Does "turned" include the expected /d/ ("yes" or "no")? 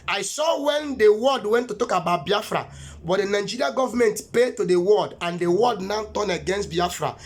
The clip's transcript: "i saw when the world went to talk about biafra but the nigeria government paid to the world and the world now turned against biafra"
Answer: no